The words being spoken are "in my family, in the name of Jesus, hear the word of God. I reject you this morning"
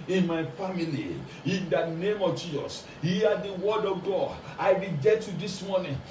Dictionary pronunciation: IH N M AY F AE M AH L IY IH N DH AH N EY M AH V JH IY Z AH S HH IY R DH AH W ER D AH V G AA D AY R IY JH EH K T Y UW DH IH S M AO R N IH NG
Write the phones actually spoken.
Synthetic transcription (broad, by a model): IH N M AY F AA M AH L IY IH N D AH N EY M AH V JH IY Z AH S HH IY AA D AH W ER D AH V G AA D AY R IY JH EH T Y UW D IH S M AO N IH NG